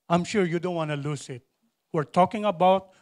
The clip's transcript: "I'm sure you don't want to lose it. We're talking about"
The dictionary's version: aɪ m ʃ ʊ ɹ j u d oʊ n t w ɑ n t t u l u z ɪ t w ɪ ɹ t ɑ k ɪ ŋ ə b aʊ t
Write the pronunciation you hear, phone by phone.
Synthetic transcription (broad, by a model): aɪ m ʃ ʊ ɹ j u d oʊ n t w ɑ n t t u l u s ɪ t w ɪ ɹ t ɑ k ɪ ŋ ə b aʊ t